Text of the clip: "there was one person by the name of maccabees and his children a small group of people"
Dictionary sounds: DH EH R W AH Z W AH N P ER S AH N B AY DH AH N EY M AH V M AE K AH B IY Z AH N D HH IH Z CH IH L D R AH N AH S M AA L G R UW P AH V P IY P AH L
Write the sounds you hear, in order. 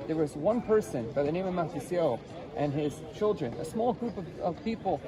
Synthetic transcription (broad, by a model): DH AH R W AH Z W AH N P ER S AH N B AY DH AH N EY M AH V M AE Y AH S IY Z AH N IH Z CH IH L D R AH N AH S M AA L G R UW P AH V P IY P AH L